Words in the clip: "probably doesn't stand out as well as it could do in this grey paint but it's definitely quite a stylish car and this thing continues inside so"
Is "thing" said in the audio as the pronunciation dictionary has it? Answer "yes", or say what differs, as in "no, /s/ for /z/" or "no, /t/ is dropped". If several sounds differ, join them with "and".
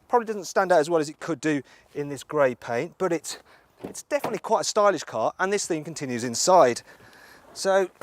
yes